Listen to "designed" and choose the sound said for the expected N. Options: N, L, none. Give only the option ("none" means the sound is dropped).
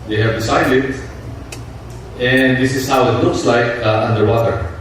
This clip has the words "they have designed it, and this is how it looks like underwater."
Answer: none